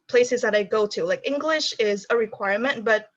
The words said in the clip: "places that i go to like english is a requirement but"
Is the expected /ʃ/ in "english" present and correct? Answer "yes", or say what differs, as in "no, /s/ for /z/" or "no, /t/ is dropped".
yes